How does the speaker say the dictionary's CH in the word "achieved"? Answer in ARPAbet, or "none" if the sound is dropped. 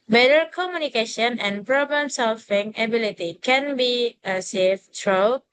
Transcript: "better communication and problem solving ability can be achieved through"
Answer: S